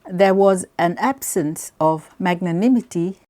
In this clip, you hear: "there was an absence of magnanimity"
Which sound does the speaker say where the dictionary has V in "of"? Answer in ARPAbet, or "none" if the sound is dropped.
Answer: V